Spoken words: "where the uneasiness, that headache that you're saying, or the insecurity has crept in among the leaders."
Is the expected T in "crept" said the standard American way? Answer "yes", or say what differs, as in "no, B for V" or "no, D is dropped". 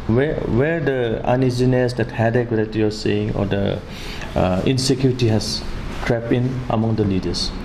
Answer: no, T is dropped